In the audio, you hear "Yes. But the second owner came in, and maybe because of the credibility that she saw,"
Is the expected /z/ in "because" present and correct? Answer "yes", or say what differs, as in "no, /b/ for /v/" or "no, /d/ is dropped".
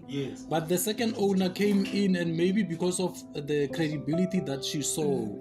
no, /s/ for /z/